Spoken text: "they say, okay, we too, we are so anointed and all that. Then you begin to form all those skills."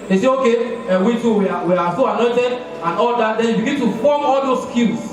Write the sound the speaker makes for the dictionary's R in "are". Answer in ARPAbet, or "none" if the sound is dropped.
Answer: W